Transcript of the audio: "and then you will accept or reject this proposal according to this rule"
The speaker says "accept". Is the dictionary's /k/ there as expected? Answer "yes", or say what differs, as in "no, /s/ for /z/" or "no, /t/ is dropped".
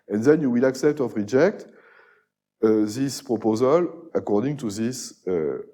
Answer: yes